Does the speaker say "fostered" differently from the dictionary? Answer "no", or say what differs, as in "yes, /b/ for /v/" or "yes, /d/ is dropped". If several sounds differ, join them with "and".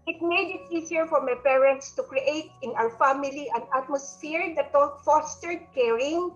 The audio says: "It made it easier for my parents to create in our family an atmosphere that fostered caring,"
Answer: no